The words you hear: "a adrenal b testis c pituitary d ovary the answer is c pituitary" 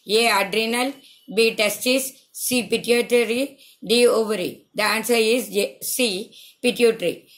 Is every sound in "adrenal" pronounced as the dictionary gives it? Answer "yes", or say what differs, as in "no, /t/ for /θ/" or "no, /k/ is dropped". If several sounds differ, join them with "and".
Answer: yes